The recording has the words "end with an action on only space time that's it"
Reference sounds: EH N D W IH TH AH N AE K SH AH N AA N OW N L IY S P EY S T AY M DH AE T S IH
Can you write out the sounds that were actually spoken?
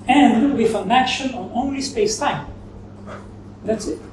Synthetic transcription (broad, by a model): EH N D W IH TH AH N AE K SH AH N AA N OW N L IY S P EY S T AY M DH AE T S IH